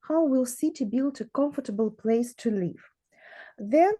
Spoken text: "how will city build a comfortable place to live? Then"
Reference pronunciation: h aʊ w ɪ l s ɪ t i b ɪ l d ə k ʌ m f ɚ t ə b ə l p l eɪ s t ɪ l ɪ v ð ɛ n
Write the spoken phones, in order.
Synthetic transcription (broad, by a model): h aʊ w ɪ l s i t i b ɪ l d ə k ʌ m f ɚ t ə b ə l p l eɪ s t ɪ l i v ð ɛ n